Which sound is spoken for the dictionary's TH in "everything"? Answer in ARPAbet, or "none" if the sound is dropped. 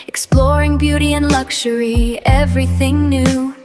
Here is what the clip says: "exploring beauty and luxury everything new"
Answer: TH